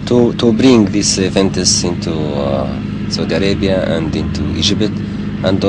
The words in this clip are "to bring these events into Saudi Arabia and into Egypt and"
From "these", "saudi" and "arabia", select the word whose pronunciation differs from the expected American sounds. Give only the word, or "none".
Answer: these